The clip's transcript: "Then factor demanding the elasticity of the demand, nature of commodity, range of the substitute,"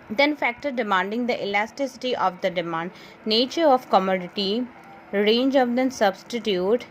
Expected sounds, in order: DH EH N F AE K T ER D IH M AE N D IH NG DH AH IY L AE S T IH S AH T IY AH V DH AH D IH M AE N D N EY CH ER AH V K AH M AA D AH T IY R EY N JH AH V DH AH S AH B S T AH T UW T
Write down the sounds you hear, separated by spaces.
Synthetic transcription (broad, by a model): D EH N F AE K T ER D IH M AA N D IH NG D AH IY L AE S T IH S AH T IY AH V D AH D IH M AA N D N EY CH ER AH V K AH M AA D AH T IY R EY N JH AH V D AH S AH B S T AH T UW T